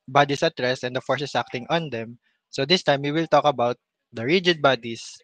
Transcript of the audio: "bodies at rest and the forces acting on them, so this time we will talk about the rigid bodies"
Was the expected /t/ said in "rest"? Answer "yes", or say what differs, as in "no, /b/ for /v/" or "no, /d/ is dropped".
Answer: no, /t/ is dropped